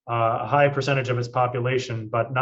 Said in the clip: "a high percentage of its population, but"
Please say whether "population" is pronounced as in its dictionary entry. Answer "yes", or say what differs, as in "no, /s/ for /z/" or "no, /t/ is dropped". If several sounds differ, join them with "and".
yes